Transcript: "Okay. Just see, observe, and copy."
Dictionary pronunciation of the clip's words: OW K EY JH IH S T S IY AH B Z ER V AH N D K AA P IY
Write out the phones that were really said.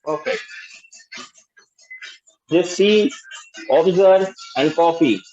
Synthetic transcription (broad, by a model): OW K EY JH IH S S IY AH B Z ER AH N D K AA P IY